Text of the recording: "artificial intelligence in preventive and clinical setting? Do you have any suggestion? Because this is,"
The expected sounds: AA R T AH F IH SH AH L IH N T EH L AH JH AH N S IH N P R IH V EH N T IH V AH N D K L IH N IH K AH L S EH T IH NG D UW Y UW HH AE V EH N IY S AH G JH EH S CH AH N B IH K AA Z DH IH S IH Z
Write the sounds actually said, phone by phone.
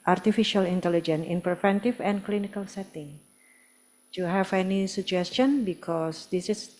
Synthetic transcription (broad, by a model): AA R T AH F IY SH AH L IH N T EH L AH JH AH N IH N P R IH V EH N T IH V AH N K L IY N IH K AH L S EH T IH NG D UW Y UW HH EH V EH N IY S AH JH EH S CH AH N B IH K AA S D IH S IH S